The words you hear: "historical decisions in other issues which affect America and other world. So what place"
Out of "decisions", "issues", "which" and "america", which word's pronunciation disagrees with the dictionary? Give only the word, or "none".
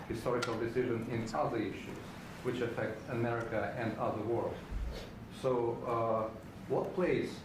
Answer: decisions